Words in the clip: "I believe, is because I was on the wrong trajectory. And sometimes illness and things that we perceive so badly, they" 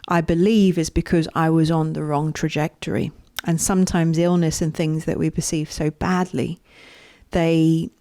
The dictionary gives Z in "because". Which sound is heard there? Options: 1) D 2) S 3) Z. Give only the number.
3